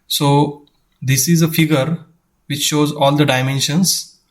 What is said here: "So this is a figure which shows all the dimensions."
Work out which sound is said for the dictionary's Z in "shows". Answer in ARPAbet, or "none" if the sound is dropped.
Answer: Z